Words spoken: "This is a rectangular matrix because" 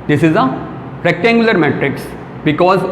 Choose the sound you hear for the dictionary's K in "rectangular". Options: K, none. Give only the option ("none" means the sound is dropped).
K